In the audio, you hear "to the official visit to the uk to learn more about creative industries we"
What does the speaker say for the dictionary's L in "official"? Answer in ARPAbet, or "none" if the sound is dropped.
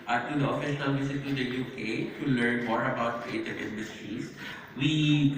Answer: N